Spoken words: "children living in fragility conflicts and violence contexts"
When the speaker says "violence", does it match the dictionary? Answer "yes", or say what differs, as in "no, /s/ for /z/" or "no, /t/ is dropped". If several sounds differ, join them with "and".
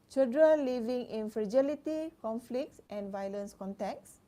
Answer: yes